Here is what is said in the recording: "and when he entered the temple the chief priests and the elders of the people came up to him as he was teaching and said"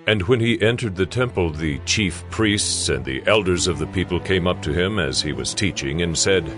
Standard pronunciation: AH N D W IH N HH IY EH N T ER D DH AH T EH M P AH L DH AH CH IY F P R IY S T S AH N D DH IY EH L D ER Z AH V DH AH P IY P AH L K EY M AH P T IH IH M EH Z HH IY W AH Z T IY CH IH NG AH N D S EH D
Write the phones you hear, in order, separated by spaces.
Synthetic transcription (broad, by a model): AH N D W IH N IY EH N T ER D DH AH T EH M P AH L DH AH CH IY F P R IY S T S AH N DH IY EH L D ER Z AH V DH AH P IY P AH L K EY M AH P T IH IH M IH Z IY W AH Z T IY CH IH NG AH N S EH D